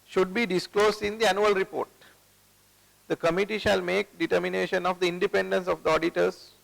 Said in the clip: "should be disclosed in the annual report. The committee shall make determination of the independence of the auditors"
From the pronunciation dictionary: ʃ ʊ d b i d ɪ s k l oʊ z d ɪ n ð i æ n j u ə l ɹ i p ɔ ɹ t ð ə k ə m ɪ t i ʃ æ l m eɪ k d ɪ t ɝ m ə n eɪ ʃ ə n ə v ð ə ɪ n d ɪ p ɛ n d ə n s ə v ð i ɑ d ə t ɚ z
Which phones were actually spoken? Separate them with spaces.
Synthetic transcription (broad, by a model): ʃ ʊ d b i d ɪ s k l oʊ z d ɪ n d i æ n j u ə l ɹ i p ɔ ɹ t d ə k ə m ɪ t i ʃ æ l m eɪ k d ɪ t ɝ m ə n eɪ ʃ ə n ə v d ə ɪ n d ɪ p ɛ n d ə n s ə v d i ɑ d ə t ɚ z